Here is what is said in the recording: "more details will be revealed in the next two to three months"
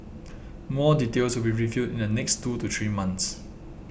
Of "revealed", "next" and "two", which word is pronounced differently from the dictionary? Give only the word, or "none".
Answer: revealed